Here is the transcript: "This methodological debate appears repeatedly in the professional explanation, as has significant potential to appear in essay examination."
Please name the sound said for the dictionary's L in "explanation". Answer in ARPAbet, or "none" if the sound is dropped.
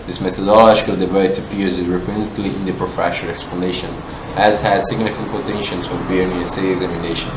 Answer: L